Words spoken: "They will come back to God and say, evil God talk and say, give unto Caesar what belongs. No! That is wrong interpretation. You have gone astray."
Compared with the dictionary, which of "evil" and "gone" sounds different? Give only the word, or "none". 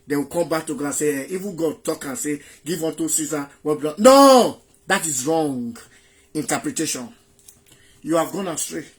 evil